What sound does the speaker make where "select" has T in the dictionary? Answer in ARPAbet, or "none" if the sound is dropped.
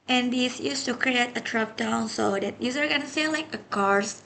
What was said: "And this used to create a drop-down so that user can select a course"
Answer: none